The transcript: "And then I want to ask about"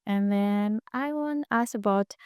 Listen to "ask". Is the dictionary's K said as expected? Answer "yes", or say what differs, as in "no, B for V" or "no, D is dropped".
no, K is dropped